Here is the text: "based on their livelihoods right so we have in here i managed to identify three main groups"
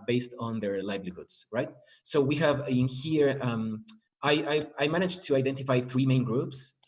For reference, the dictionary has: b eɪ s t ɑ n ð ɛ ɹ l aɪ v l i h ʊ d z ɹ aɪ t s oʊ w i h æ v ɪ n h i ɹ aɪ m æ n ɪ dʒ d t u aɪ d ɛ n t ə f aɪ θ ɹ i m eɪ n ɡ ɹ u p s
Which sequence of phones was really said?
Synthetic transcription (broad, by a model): b eɪ s t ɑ n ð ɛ ɹ l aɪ b l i h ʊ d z ɹ aɪ t s oʊ w i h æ v ɪ n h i ɹ aɪ m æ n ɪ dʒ t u aɪ d ɛ n t ə f aɪ θ ɹ i m eɪ n ɡ ɹ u p s